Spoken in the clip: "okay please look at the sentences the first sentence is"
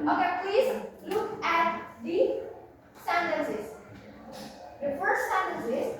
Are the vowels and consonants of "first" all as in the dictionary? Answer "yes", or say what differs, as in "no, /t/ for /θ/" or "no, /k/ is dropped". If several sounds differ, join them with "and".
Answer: no, /s/ is dropped